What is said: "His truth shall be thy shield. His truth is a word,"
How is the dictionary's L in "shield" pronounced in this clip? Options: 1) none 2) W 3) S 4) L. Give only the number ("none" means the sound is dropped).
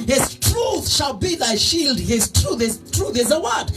4